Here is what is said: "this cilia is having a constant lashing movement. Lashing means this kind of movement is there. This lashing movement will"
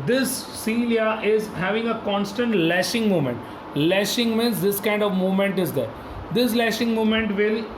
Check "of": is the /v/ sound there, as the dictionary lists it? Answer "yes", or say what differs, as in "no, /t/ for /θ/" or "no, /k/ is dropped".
yes